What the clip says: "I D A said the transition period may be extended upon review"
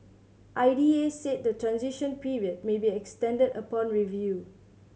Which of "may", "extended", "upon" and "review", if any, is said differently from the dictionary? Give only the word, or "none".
none